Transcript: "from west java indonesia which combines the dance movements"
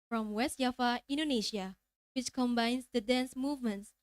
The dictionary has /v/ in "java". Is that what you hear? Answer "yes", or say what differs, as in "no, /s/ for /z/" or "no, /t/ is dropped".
no, /f/ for /v/